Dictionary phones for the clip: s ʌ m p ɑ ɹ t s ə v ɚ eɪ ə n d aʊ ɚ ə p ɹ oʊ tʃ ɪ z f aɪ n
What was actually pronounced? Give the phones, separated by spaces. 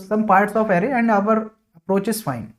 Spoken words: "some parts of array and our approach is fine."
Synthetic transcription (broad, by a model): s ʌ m p ɑ ɹ t s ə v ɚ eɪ ə n d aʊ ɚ ə p ɹ oʊ tʃ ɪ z f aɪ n